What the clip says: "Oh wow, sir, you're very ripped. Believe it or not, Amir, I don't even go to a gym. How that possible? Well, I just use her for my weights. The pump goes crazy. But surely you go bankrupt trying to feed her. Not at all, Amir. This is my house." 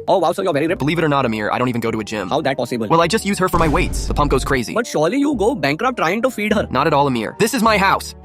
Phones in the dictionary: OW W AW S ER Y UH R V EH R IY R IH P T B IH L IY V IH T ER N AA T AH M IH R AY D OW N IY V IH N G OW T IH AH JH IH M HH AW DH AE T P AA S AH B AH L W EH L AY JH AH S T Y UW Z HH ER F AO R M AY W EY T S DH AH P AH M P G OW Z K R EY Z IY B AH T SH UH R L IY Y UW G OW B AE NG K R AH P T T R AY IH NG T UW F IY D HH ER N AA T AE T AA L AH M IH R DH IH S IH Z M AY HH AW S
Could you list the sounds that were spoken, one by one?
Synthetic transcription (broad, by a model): OW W AW S ER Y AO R V EH R IY R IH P B IH L IY V IH T ER N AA T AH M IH R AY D OW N IY V IH N G OW T IH AH JH IH M HH AW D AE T P AA S AH B AH L W EH L AY JH AH S T Y UW Z HH ER F AO R M AY W EY T S DH AH P AH M P G OW Z K R EY Z IY B AH T SH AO R L IY Y UW G OW B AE NG K R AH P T T R AY IH NG T UW F IY D HH ER N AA T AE T AA L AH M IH R DH IH S IH Z M AY HH AW S